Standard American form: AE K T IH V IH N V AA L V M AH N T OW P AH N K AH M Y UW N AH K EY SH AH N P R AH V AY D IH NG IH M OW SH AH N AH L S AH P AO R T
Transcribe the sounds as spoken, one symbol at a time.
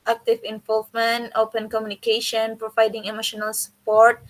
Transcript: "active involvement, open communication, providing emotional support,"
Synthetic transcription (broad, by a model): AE K T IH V IH N V AA L V M AH N T OW P AH N K AH M Y UW N AH K EY SH AH N P R AH V AY D IH NG IH M OW SH AH N AH L S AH P AO R T